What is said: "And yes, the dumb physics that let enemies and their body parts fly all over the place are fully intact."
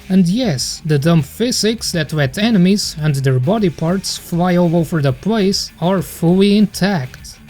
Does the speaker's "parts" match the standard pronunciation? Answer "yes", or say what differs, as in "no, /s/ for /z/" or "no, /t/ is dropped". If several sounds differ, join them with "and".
yes